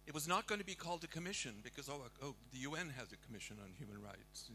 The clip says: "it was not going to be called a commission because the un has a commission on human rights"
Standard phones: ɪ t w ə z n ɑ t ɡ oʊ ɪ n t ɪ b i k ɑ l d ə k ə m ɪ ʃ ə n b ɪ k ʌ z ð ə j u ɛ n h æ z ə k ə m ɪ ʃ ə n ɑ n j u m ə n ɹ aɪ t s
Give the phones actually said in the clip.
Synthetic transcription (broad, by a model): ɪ t w ə z n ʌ t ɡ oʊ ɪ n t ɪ b i k ɑ l d ə k ə m ɪ ʃ ə n b ɪ k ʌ z ð ə j u ɛ n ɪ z ə k ə m ɪ ʃ ə n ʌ n j u m ə n ɹ aɪ t s